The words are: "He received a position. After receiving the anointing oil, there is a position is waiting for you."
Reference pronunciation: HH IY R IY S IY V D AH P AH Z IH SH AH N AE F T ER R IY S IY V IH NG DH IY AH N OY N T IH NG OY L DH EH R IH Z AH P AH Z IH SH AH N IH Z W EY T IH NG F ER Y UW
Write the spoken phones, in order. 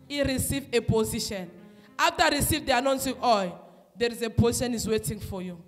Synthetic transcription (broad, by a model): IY R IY S IY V AH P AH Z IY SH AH N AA F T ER R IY S IY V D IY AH N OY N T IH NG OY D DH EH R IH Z AH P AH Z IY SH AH N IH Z W EY T IH NG F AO Y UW